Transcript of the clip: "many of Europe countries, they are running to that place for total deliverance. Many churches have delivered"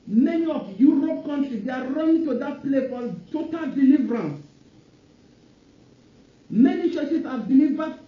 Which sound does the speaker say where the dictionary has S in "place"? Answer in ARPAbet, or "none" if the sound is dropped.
none